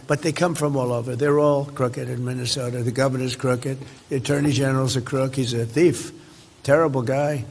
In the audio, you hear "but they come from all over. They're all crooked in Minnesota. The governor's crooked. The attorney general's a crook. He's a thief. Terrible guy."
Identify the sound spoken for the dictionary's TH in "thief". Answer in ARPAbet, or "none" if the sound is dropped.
TH